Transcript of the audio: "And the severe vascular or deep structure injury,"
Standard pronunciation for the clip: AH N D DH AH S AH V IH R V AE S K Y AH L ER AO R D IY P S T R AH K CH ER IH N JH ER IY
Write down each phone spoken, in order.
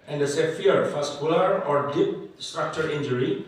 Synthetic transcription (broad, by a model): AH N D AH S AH F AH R F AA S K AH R AO R D IY P S T R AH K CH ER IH N JH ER IY